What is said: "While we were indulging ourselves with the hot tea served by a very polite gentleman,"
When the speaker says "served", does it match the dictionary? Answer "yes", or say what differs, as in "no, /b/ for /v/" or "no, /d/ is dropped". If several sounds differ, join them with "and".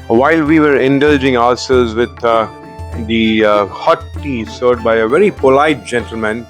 no, /v/ is dropped